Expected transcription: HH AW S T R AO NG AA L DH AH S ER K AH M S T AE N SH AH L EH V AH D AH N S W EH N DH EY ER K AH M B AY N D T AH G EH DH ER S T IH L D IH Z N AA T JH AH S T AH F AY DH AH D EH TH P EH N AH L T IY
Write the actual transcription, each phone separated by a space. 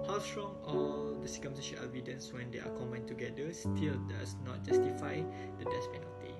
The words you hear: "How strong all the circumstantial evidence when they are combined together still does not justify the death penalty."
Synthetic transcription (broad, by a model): HH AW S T R AO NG AA L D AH S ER K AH M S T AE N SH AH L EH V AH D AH N S W EH N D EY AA K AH M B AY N T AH G EH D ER S T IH L D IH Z N AA T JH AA S T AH F AY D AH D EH S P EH N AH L T IY